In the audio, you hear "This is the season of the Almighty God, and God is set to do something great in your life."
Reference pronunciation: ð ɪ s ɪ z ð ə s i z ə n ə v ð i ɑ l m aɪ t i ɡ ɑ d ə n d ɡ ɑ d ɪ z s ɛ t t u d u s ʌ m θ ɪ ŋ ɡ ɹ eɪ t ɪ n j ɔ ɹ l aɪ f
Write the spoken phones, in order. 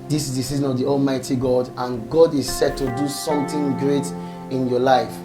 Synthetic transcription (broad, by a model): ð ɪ s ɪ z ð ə s i z ə n ə v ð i ɑ l m aɪ t i ɡ ɑ d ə n ɡ ɑ d ɪ z s ɛ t t u d u s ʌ m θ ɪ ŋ ɡ ɹ eɪ t ɪ n j ɔ l aɪ f